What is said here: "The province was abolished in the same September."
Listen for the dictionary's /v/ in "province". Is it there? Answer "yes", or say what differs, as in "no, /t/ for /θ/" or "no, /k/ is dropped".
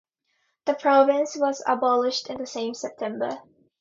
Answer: yes